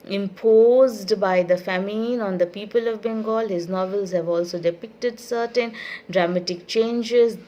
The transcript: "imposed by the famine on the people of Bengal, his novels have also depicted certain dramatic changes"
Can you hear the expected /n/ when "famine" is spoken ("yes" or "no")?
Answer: yes